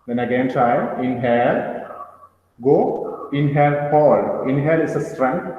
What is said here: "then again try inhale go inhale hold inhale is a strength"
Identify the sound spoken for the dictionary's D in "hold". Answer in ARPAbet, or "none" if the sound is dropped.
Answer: none